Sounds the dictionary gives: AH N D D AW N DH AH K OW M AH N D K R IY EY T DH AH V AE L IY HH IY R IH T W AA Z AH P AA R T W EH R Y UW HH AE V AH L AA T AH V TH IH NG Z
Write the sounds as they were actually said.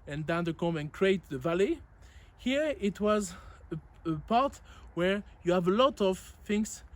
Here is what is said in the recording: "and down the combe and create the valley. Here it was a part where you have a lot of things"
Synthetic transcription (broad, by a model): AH N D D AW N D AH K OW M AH N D K R IY EY T DH AH V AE L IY HH IY R IH T W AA Z AH P AA R T W EH R Y UW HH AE V AH L AA T AH V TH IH NG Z